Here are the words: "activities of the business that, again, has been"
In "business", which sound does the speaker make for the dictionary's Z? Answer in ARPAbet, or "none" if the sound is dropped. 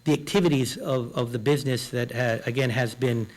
Z